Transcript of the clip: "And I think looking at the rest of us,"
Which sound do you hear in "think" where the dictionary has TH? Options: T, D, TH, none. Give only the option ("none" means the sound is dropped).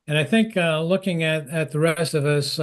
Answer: TH